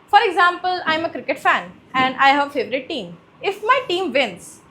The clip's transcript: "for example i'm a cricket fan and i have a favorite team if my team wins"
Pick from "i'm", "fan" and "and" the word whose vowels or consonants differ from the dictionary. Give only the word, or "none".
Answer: none